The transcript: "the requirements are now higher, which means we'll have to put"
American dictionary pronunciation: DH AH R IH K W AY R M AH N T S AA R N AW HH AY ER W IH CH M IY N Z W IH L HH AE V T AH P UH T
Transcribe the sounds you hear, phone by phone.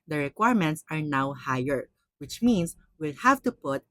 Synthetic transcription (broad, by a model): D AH R IH K W AY R M AH N T S AA R N AW HH AY ER W IH CH M IY N S W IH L HH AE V T AH P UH T